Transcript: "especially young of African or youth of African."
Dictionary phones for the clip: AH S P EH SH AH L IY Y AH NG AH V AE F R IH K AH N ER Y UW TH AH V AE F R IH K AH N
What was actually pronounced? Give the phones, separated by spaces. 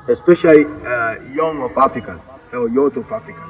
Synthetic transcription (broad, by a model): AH S P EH SH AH L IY Y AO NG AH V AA F R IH K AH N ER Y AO T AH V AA F R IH K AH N